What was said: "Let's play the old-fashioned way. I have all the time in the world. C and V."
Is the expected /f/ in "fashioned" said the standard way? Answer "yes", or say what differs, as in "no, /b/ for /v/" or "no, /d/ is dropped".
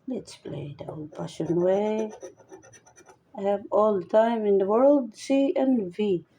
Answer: no, /p/ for /f/